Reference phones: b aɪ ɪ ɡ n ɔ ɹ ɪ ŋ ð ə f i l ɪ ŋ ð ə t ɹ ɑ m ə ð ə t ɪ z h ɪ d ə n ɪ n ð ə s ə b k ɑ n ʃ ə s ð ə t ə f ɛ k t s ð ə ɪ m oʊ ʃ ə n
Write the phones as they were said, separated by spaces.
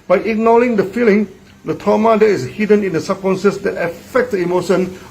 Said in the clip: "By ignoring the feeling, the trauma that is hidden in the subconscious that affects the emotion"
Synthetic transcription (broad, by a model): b aɪ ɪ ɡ n ɔ l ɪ ŋ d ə f i l ɪ ŋ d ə t ɑ m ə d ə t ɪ s h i d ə n ɪ n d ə s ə k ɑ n s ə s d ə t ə f ɛ k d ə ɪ m oʊ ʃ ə n